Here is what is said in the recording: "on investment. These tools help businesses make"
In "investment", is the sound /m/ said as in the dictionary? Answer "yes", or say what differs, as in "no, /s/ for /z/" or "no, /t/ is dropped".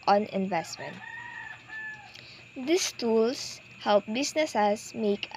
yes